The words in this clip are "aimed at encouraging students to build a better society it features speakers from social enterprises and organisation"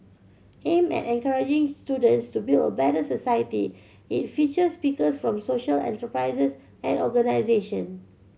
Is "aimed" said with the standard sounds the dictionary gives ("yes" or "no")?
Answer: no